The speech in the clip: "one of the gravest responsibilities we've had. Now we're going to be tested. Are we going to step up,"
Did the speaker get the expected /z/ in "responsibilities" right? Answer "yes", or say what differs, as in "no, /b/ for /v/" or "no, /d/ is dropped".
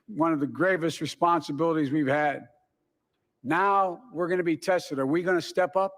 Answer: yes